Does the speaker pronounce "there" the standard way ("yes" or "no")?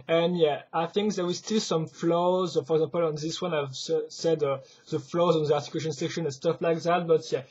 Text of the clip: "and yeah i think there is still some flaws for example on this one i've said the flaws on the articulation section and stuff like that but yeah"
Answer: no